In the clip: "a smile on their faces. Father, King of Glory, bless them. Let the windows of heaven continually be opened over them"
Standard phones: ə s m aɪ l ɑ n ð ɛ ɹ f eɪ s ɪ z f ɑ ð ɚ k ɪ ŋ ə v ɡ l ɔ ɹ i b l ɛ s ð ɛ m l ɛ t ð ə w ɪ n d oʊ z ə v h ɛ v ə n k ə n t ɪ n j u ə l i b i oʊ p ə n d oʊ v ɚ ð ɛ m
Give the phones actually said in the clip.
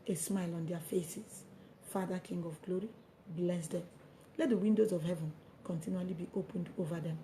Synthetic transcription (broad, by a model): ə s m aɪ l ɑ n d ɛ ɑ f eɪ s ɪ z f ɑ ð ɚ k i ŋ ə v ɡ l ɔ ɹ i b l ɛ s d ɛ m l ɛ t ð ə w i n d oʊ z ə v h ɛ v ə n k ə n t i n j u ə l i b i oʊ p ə n d oʊ v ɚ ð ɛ m